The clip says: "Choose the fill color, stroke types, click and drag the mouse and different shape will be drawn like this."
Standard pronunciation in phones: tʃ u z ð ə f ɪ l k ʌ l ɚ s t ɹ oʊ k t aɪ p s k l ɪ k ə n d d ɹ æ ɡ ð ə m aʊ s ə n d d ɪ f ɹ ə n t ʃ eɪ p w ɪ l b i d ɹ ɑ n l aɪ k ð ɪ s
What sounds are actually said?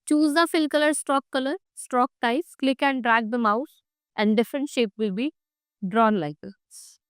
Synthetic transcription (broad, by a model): tʃ u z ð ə f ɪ l k ʌ l ɚ s t ɹ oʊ k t aɪ s k l ɪ k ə n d d ɹ æ ɡ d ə m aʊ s ə n d d ɪ f ɹ ə n t ʃ eɪ p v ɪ l b i d ɹ ɑ n l aɪ k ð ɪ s